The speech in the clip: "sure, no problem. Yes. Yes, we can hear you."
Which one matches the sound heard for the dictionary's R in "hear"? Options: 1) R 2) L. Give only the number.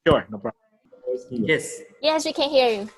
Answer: 1